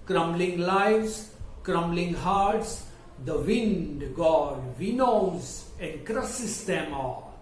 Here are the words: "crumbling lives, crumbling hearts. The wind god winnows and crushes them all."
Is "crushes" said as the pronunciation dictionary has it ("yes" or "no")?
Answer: no